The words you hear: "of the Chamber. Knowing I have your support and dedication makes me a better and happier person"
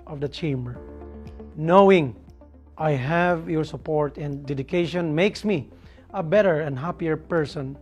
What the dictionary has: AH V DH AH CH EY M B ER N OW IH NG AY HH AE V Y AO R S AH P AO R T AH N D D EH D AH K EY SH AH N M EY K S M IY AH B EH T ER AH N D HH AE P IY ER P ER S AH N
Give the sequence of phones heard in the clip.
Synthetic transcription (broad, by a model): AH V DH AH CH EY M B ER N OW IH NG AY HH AE V Y AO R S AH P AO R T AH N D D EH D AH K EY SH AH N M EY K S M IY AH B EH T ER AH N D HH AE P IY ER P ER S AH N